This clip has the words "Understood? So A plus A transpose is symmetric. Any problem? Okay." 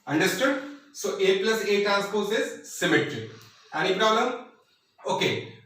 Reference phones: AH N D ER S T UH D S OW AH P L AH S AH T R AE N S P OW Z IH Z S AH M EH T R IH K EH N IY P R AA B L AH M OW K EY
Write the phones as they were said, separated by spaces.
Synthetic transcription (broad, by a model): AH N D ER S T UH D S OW AH P L AH S AH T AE S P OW S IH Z S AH M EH T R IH EH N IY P R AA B L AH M OW K EY